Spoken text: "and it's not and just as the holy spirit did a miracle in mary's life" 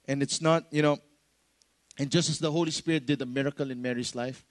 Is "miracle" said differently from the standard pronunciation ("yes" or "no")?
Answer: no